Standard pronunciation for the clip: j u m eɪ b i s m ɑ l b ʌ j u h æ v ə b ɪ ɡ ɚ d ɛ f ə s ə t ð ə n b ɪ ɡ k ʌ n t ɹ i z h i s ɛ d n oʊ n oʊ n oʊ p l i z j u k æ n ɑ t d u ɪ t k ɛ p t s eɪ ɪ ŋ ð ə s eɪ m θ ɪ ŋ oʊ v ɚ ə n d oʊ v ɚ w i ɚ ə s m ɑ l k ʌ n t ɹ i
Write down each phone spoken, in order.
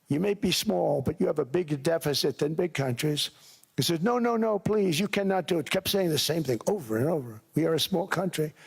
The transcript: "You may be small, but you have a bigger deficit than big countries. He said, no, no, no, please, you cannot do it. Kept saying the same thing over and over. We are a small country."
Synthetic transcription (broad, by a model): j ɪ m eɪ b i s m ɑ l b ʌ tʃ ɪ v ə b ɪ ɡ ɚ d ɛ f ə s ə t ð ə n b ɪ ɡ k ʌ n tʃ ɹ i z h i s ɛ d n oʊ n oʊ n oʊ p l i z j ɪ k æ n ɑ t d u ɪ t k ɛ p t s eɪ ɪ ŋ ð ə s eɪ m θ ɪ ŋ oʊ v ɚ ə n oʊ v ɚ w i ɚ ə s m ɑ l k ʌ n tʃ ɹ i